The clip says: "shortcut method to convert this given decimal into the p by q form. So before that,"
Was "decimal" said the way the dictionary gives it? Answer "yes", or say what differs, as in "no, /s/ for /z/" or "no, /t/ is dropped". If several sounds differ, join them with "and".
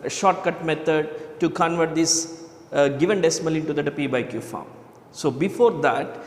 yes